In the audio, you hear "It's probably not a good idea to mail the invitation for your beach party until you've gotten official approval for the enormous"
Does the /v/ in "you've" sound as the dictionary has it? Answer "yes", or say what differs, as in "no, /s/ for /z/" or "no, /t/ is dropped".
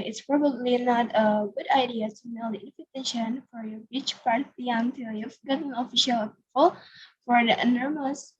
no, /f/ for /v/